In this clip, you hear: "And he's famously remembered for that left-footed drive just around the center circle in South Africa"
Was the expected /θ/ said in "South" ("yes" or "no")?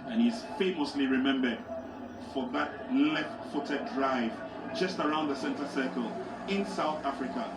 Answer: yes